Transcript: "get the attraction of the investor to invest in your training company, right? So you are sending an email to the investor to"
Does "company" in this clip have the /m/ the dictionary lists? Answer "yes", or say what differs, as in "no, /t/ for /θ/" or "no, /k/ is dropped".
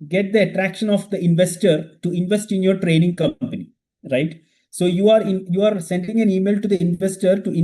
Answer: yes